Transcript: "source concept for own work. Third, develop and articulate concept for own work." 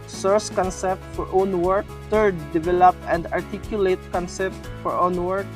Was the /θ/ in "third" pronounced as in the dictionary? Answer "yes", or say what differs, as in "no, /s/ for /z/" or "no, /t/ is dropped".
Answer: no, /t/ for /θ/